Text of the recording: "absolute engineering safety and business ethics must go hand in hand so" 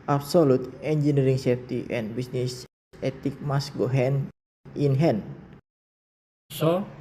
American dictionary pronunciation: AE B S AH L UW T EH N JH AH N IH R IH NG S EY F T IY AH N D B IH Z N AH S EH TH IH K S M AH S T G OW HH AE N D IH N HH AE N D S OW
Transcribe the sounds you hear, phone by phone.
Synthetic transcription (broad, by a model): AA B S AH L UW T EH N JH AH N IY R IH NG S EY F T IY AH N B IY S N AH S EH T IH K M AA S G OW HH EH N IH N HH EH N S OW